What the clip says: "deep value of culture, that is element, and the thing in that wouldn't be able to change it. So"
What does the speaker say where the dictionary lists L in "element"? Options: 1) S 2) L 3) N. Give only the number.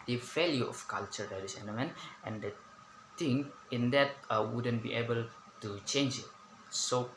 3